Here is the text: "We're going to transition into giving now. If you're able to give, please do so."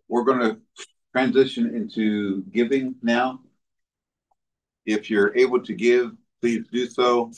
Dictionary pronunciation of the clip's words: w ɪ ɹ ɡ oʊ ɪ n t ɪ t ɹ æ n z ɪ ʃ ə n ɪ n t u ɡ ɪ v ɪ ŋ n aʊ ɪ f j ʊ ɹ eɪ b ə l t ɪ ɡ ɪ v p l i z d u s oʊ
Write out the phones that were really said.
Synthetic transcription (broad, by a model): w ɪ ɹ ɡ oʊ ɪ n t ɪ t ɹ æ n z ɪ ʃ ə n ɪ n t u ɡ ɪ v ɪ ŋ n aʊ ɪ f j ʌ ɹ eɪ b l t ɪ ɡ ɪ v p l i z d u s oʊ